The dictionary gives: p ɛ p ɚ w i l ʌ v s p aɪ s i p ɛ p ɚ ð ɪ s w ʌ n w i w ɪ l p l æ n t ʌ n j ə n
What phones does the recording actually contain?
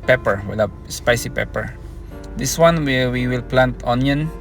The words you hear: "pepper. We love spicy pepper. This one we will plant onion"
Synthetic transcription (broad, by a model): p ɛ p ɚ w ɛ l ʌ p s p aɪ s i p ɛ p ɚ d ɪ s w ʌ n w i w ɪ l p l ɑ n t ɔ n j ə n